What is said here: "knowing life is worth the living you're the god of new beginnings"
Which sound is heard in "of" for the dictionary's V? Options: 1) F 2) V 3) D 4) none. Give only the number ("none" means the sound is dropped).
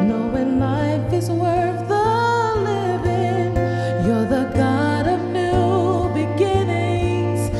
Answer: 2